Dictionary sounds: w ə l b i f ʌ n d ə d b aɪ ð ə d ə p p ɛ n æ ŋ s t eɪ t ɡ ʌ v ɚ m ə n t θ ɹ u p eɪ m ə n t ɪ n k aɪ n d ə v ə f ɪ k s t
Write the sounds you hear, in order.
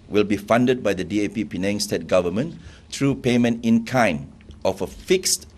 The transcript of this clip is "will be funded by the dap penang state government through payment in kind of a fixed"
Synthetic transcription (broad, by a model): w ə l b i f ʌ n d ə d b aɪ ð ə d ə p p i n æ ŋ s t eɪ t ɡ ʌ v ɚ m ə n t ɹ u p eɪ m ə n t ɪ n k aɪ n ə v ə f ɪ k s t